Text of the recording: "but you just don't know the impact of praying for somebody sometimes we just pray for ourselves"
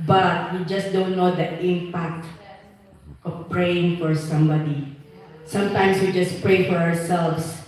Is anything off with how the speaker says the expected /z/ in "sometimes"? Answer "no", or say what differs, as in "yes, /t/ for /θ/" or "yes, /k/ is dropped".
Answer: yes, /s/ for /z/